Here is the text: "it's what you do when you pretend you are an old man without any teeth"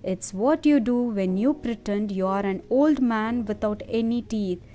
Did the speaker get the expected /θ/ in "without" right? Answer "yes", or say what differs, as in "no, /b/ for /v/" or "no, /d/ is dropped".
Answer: no, /t/ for /θ/